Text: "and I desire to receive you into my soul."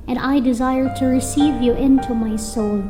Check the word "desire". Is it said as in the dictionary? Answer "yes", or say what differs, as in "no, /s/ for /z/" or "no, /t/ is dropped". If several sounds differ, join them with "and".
yes